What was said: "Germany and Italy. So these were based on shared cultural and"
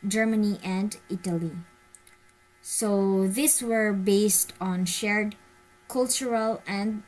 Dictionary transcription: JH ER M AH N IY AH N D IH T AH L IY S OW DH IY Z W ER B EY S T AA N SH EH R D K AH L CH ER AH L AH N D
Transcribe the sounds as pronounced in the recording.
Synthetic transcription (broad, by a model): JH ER M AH N IY AH N D IH T AH L IY S OW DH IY S W ER B EY S T AA N SH EH R D K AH L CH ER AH L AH N D